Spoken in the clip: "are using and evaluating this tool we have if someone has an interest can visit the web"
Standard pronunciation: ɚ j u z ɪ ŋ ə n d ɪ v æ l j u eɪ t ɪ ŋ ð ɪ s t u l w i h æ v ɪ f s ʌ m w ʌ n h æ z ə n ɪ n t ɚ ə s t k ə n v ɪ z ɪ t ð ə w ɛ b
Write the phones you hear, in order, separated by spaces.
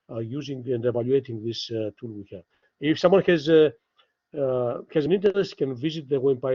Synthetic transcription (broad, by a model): j u z ɪ ŋ ə n d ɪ v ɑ l j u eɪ t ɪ ŋ ð ɪ s t u l w i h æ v ɪ f s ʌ m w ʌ n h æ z ə n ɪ n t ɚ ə s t k ə n v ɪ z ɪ t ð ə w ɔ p